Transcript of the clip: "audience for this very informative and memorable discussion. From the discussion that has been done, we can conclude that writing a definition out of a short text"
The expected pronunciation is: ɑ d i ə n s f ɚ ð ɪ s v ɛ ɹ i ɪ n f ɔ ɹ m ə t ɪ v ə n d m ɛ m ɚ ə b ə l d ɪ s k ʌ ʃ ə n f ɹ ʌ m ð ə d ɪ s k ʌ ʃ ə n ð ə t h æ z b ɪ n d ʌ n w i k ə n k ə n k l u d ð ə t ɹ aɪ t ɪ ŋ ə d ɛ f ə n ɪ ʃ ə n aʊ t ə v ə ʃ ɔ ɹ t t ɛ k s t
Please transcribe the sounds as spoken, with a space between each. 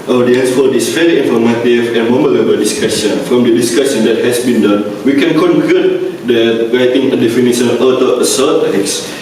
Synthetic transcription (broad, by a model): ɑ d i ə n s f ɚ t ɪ s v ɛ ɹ i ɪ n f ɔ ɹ m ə t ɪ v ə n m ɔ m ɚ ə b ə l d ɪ s k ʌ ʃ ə n f ɹ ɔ m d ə d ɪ s k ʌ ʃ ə n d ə t h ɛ s b ɪ n d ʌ n w i k ə n k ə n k u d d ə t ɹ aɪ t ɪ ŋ ə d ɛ f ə n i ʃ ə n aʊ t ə ə s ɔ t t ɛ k s